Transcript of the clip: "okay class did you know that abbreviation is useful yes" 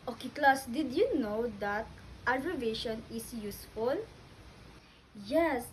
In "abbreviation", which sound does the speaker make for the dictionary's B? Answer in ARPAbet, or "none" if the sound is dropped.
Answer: none